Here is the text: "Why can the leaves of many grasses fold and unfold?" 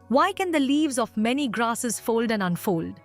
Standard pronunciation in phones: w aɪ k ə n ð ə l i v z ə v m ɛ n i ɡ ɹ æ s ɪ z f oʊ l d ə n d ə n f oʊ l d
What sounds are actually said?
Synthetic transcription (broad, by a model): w aɪ k ə n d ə l i v z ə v m ɛ n i ɡ ɹ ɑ s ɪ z f oʊ l d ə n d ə n f oʊ l d